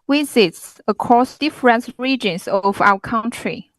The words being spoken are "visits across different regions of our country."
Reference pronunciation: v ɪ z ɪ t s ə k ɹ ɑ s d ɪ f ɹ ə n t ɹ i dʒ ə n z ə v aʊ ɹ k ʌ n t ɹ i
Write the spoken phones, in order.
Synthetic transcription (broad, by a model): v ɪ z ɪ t s ə k ɹ ɑ s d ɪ f ɹ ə n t ɹ i dʒ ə n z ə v aʊ w k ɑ n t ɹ i